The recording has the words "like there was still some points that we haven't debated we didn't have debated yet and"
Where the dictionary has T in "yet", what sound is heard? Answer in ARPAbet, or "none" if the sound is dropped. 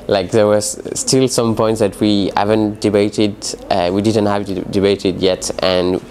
T